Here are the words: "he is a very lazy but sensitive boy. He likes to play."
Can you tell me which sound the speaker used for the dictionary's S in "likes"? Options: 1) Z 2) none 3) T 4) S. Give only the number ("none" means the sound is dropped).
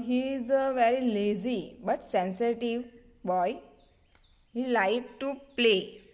2